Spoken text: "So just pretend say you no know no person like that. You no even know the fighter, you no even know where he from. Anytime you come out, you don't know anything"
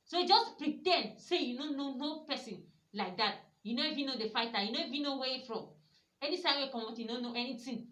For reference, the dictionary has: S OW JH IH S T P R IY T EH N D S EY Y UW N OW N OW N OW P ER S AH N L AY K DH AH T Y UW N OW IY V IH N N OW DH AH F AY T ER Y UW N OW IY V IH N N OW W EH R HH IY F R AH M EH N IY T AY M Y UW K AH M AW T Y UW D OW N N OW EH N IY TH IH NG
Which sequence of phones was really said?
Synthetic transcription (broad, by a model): S OW JH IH S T P R IY T EH N D S EY Y UW N OW N OW N OW P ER S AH N L AY K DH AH T Y UW N OW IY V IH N N OW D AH F AY T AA Y UW N OW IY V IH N N OW W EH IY F R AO M EH N IY S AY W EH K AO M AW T Y UW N OW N N OW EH N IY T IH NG